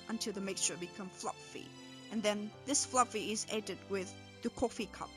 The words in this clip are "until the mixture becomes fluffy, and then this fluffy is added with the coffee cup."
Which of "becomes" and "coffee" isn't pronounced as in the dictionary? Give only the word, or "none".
becomes